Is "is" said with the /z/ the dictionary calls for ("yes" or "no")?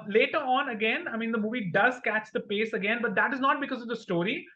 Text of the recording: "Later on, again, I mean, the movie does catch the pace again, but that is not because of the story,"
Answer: yes